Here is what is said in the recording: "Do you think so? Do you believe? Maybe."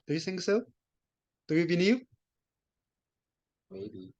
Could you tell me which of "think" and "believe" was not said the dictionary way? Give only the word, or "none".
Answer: believe